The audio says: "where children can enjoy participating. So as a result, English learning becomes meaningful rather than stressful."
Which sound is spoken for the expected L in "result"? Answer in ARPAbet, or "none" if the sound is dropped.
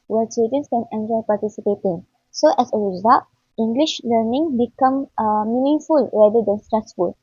none